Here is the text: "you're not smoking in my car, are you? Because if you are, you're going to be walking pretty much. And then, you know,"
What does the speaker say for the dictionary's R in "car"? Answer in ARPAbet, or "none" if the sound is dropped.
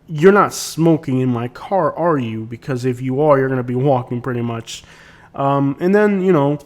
R